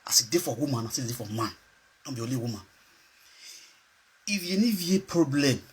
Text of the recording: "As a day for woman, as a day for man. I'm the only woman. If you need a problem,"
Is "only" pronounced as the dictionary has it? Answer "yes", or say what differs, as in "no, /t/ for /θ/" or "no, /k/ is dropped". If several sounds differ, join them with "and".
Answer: no, /n/ is dropped